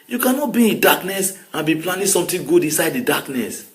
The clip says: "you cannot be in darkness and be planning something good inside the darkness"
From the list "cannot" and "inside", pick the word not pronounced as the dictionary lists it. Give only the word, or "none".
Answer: none